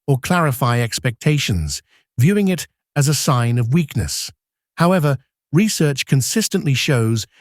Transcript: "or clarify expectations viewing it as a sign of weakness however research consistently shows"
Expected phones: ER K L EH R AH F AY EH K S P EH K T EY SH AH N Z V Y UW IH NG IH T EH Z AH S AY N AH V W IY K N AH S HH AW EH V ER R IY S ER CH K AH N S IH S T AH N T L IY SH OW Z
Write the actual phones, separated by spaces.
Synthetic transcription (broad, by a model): ER K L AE R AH F AY EH K S P EH K T EY SH AH N Z V Y UW IH NG IH T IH Z AH S AY N AH V W IY K N AH S HH AW EH V ER R IY S ER CH K AH N S IH S T AH N T L IY SH OW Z